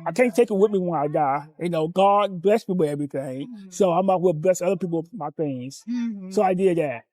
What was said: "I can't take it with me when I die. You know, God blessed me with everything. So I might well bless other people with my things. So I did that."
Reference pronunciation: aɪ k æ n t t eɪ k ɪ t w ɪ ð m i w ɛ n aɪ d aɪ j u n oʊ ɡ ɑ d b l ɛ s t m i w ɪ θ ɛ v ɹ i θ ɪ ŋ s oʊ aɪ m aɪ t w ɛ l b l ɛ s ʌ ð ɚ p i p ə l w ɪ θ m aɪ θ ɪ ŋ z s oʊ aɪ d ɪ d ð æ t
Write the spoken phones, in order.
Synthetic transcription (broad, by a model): aɪ k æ n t t eɪ k ɪ t w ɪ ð m i w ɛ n aɪ d aɪ j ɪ n oʊ ɡ ɑ d b l ɛ s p i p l ɛ v ɹ i θ ɪ ŋ s oʊ aɪ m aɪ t w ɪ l b l ɛ s ʌ ð ɚ p i p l m aɪ θ ɪ ŋ z s oʊ aɪ d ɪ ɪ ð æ t